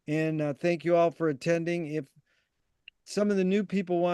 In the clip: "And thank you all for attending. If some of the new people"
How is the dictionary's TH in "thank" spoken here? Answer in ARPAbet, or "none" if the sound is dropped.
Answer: TH